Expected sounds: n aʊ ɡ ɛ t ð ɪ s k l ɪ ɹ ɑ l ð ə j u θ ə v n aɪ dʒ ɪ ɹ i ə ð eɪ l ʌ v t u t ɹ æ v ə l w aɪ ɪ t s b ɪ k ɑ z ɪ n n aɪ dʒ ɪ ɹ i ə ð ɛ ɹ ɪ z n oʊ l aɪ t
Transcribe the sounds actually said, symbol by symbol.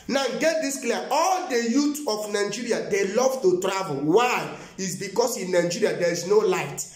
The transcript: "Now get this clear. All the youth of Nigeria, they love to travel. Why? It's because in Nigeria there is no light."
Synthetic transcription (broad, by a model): n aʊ ɡ ɛ t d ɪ s k l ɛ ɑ ɑ l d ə j u t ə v n aɪ dʒ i ɹ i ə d eɪ l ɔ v t u t ɹ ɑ v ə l w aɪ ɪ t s b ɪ k ɑ s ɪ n n aɪ dʒ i ɹ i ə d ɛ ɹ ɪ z n oʊ l aɪ t